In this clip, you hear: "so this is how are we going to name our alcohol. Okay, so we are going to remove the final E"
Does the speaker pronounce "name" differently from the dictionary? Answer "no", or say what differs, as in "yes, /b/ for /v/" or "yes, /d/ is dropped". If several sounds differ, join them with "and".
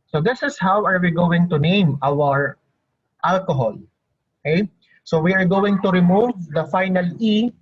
no